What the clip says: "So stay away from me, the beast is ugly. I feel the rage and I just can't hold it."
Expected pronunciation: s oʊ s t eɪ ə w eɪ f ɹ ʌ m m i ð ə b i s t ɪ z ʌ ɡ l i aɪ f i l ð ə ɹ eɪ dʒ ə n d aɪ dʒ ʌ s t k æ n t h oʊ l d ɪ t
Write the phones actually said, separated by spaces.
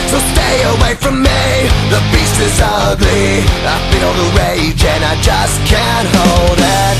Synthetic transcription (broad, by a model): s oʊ s t eɪ ə w eɪ f ɹ ʌ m m i ð ə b i s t ɪ z ʌ ɡ l i aɪ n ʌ n ð ə ɹ eɪ dʒ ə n aɪ dʒ ʌ s k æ n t h oʊ l d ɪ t